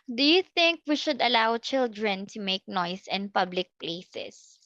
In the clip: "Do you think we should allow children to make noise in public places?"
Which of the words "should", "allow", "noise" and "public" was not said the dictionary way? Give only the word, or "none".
noise